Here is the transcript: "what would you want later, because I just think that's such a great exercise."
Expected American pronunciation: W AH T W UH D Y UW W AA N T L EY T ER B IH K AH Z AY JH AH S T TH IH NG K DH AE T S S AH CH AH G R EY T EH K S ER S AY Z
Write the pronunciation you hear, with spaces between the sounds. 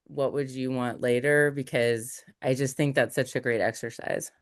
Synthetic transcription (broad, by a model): W AH T W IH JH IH W AA N T L EY T ER B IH K AH Z AY JH AH S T TH IH NG K DH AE T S S AH CH AH G R EY T EH K S ER S AY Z